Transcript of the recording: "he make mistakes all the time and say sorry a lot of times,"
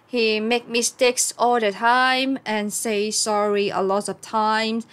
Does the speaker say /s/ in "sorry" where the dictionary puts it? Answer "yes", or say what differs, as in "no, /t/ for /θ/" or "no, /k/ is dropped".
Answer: yes